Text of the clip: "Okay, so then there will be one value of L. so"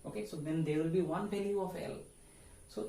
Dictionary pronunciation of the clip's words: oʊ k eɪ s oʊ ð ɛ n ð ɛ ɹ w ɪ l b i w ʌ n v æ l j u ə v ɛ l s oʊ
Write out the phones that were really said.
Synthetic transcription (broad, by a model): oʊ k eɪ s oʊ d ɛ n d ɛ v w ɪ l b i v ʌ n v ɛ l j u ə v ɛ l s oʊ